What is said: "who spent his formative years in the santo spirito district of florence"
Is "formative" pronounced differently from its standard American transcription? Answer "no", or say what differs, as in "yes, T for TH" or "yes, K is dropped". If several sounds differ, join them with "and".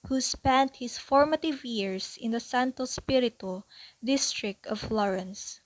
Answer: no